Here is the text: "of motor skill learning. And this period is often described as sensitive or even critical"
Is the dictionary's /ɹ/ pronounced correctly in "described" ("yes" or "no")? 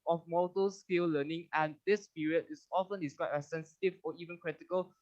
no